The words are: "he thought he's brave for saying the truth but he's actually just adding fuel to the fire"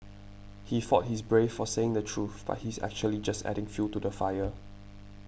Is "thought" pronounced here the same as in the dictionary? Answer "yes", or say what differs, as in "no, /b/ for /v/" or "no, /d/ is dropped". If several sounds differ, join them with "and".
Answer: no, /f/ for /θ/